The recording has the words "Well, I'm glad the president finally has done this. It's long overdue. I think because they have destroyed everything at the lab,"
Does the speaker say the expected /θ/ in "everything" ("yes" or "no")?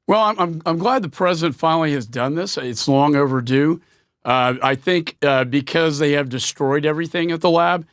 yes